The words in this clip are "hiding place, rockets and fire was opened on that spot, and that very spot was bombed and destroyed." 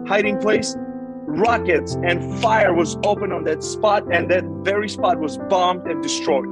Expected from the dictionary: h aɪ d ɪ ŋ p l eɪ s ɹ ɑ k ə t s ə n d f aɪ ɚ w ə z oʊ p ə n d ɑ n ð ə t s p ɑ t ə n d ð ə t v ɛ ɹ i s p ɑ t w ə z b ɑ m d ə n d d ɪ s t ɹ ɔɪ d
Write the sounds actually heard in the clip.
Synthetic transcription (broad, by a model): h aɪ d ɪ ŋ p l eɪ s ɹ ɑ k ə t s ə n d f aɪ ɚ w ə z oʊ p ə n ɑ n ð ə t s p ɑ t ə n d ð ə t v ɛ ɹ i s p ɑ t w ə z b ɑ m d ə n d d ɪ s t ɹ ɔɪ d